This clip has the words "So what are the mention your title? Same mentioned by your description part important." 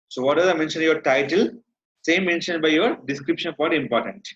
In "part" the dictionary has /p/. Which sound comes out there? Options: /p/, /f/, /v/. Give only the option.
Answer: /f/